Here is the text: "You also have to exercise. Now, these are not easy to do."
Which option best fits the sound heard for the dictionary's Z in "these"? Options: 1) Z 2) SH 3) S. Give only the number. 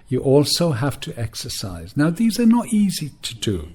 1